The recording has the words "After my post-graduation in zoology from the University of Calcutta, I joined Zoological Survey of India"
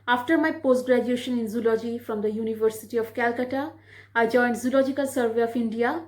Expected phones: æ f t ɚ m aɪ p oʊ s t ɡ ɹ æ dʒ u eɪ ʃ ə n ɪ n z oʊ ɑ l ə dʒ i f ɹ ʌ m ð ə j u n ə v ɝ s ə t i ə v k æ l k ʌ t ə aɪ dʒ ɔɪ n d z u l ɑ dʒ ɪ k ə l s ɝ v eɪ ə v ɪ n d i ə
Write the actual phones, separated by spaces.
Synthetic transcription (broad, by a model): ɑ f t ɚ m aɪ p oʊ s t ɡ ɹ æ dʒ u eɪ ʃ ə n ɪ n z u l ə dʒ i f ɹ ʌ m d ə j u n ə v ɝ s ə t i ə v k æ l k ʌ t ə aɪ dʒ ɔɪ n d z u l ɑ dʒ ɪ k ə l s ɝ v eɪ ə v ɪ n d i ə